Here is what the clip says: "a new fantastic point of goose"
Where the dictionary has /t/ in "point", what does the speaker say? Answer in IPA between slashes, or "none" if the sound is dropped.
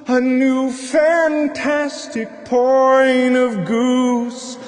none